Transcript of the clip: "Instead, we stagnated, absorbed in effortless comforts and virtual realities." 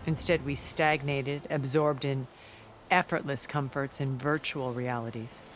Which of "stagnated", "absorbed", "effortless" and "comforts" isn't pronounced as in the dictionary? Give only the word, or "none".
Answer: none